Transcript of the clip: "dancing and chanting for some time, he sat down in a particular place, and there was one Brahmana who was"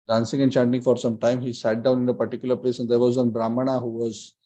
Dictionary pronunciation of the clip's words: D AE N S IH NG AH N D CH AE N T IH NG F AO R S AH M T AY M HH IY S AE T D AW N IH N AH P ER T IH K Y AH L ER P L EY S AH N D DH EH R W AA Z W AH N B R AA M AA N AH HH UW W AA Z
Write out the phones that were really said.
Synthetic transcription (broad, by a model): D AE N S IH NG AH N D CH AE N T IH NG F AO R S AH M T AY M HH IY S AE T D AW N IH N AH P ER T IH K Y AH L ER P L EY S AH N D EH R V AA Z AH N B R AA M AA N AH HH UW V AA Z